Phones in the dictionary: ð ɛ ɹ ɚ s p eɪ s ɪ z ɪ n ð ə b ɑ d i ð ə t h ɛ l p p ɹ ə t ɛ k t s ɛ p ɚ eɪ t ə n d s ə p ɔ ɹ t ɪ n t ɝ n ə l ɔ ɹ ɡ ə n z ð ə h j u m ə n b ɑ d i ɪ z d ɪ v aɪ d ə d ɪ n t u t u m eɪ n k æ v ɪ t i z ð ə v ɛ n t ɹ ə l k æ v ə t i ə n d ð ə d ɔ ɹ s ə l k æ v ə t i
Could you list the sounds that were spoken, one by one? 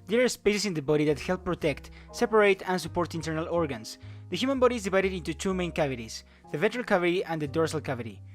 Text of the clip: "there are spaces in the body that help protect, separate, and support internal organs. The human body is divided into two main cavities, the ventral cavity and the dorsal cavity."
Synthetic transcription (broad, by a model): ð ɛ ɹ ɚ s p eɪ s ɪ s ɪ n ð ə b ɑ d i ð ə t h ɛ l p p ɹ ə t ɛ k t s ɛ p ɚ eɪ t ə n s ə p ɔ ɹ t ɪ n t ɝ n ə l ɔ ɹ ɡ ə n s ð ə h j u m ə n b ɑ d i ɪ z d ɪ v aɪ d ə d ɪ n t u t u m eɪ n k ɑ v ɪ t i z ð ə v ɛ n t ɹ ə l k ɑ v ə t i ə n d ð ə d ɔ ɹ s ə l k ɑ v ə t i